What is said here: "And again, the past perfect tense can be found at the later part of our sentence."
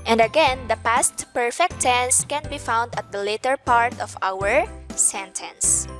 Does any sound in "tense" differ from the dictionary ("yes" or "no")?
no